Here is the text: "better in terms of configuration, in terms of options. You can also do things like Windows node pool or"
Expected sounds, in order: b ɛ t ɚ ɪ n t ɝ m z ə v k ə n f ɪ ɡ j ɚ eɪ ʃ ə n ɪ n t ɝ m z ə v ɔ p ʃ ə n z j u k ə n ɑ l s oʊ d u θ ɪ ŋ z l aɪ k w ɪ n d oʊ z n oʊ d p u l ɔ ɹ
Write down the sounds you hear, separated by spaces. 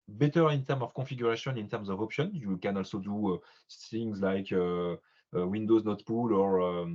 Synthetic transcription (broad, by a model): b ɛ t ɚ ɪ n t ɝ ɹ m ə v k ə f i ɡ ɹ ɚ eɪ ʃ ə n ɪ n t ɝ m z ə v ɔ p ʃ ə n j u k ə n ɑ l s oʊ d u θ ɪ ŋ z l aɪ k w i n d oʊ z n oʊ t p u l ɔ ɹ